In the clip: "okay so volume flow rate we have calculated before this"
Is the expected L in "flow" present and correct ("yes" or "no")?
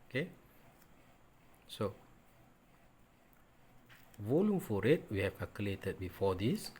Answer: no